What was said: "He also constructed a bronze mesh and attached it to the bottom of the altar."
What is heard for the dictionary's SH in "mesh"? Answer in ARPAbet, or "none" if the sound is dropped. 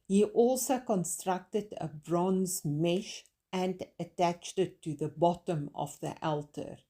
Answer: SH